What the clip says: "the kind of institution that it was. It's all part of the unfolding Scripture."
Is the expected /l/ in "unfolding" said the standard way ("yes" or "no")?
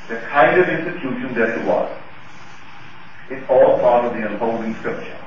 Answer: no